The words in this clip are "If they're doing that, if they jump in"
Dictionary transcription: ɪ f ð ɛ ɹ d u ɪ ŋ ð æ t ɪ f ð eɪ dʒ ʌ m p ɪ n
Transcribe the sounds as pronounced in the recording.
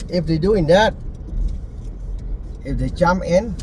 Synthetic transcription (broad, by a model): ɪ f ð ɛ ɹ d u ɪ ŋ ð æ t ɪ f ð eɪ tʃ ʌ m ɪ n